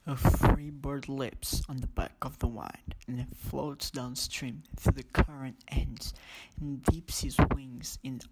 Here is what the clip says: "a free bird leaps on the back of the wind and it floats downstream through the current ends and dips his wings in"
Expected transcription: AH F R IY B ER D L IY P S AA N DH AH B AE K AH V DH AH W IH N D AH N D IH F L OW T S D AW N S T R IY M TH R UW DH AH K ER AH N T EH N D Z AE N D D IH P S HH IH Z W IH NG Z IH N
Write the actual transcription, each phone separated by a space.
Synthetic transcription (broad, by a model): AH F R IY B ER D L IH P S N DH AH B AE K AH V DH AH W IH N D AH N IH F L OW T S D AW N S T R IY M TH R UW DH AH K ER AH N T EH N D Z N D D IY P S HH IH Z W IH NG Z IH N